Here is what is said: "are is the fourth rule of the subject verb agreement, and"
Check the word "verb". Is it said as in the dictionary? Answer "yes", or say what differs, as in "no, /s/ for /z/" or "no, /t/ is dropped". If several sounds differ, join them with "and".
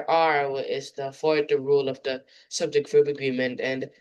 no, /f/ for /v/